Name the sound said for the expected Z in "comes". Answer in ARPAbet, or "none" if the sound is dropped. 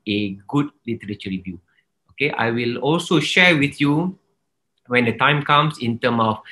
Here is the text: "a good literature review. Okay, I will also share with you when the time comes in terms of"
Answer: S